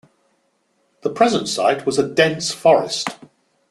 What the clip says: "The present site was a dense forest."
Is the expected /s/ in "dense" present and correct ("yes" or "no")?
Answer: yes